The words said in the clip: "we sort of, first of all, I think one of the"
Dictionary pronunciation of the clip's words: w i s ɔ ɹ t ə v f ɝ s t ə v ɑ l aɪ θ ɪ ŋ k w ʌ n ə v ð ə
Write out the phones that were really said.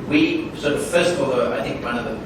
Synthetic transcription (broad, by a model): w i s ɔ ɹ t ə v f ɝ s t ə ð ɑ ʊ aɪ θ ɪ ŋ k w ʌ n ə v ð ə